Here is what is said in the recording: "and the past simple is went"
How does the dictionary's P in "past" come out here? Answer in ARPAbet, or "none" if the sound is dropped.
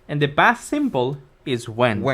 B